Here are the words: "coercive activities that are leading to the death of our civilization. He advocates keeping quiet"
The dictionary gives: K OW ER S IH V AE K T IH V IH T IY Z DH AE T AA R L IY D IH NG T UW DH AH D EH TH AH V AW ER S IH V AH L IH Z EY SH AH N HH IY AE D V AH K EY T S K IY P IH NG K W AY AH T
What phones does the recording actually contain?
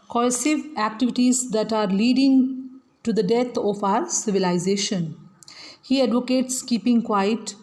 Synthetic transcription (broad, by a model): K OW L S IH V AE K T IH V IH T IY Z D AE T AA R L IY D IH NG T UW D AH D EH T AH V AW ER S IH V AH L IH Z EY SH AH N HH IY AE D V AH K EY T S K IY P IH NG K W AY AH T